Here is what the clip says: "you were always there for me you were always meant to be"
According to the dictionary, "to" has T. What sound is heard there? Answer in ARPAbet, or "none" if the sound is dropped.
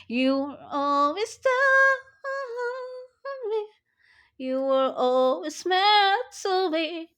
S